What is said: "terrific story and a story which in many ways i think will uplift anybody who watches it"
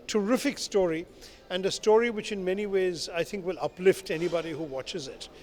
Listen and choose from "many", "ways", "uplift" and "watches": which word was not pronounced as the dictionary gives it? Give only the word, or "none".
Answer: none